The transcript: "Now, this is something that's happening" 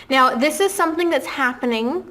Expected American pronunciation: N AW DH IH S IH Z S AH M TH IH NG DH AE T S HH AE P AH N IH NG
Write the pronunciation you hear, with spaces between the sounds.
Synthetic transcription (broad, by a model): N AW DH IH S IH Z S AH M TH IH NG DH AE T S HH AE P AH N IH NG